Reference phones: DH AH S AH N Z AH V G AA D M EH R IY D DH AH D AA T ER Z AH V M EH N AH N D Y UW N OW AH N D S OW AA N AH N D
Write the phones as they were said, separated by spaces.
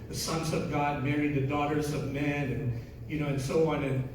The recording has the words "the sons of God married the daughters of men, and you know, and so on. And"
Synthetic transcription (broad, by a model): DH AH S AH N Z AH V G AA D M EH R IY D DH AH D AA T ER Z AH V M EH N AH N Y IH N OW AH N S OW AA N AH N